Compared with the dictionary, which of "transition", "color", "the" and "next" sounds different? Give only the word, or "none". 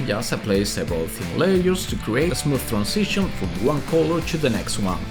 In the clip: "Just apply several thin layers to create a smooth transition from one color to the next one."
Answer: transition